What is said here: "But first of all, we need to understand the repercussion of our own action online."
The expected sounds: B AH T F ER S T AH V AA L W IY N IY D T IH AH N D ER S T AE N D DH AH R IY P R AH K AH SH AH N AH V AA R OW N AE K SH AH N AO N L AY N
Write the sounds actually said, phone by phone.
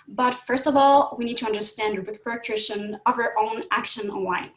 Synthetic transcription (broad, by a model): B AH T F ER S T AH V AA L W IY N IY D T IH AH N D ER S T AE N D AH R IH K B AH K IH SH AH N AH V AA R OW N AE K SH AH N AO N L AY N